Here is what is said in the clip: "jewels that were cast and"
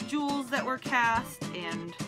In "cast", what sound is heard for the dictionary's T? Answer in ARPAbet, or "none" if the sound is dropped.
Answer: T